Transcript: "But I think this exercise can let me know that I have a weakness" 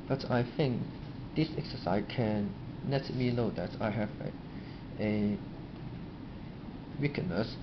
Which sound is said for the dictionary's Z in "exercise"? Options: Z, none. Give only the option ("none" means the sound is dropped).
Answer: none